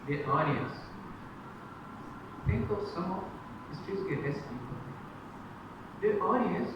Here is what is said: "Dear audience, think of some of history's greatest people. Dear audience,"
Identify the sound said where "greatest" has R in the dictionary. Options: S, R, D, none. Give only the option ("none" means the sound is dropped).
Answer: none